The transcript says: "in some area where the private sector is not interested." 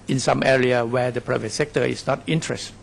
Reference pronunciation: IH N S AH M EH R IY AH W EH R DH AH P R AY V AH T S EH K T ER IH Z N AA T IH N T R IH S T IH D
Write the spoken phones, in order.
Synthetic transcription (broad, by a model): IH N S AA M EH R IY AH W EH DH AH P R AY V AH T S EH K T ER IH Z N AA T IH N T R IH S T